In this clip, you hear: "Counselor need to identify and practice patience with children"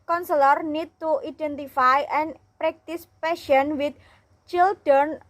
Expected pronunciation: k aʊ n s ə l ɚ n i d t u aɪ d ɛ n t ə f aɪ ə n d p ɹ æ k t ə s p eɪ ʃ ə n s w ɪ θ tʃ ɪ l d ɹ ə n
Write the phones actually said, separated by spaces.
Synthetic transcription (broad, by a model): k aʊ n s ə l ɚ n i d t u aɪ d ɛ n t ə f aɪ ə n p ɹ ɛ k t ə s p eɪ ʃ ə n w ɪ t tʃ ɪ l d ɹ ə n